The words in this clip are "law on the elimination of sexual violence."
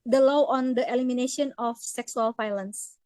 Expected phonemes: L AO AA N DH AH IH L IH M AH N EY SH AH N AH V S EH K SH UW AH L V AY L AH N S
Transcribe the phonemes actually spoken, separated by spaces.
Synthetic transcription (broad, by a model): L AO AA N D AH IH L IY M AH N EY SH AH N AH F S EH K S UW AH L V AY L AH N S